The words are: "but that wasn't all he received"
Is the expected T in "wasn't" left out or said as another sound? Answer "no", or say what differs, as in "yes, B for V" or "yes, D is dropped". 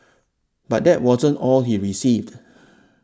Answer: no